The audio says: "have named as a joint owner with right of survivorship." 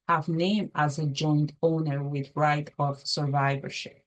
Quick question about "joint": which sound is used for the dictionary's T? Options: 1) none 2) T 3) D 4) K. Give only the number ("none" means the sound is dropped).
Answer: 2